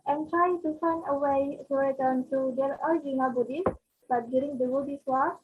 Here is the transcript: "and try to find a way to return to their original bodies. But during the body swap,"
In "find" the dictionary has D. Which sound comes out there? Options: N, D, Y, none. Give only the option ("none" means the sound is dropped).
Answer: none